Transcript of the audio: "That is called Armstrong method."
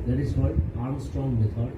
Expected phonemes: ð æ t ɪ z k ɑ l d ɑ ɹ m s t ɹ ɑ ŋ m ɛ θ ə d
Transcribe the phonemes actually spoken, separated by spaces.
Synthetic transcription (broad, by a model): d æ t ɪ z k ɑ d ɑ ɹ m s t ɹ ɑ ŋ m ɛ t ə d